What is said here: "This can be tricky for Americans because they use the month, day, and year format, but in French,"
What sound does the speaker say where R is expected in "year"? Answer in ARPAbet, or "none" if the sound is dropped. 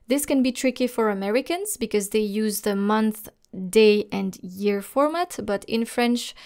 R